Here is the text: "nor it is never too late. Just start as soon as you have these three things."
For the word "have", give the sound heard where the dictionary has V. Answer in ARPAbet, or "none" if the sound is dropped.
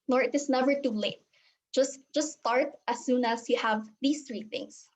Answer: V